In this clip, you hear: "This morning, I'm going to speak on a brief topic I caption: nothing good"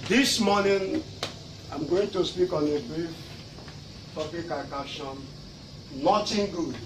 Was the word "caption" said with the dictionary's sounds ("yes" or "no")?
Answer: no